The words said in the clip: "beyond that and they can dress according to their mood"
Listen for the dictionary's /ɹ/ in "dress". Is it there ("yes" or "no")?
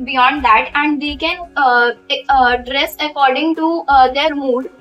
yes